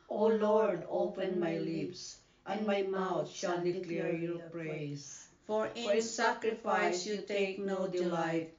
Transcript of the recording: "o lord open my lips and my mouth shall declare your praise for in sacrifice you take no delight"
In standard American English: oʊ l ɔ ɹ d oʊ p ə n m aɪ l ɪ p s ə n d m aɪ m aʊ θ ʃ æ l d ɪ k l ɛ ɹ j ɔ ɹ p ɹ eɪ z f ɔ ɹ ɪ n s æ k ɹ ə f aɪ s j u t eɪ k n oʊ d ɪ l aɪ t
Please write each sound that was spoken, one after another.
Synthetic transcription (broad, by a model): oʊ l ɔ ɹ d oʊ p ə n m aɪ l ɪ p s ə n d m aɪ m aʊ t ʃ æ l d ɪ k l ɛ ɹ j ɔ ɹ p ɹ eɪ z f ɔ ɹ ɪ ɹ s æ k ɹ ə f aɪ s j u t eɪ k n oʊ d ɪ l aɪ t